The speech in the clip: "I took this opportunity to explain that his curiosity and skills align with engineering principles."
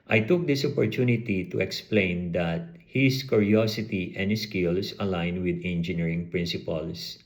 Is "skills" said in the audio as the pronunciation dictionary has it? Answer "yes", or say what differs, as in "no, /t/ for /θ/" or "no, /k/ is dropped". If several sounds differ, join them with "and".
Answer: no, /s/ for /z/